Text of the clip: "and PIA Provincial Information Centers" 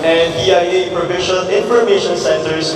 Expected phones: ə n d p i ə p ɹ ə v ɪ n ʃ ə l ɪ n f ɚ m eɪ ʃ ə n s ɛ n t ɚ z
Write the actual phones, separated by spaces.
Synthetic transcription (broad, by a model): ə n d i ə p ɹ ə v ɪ ʃ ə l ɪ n f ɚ m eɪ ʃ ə n s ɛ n t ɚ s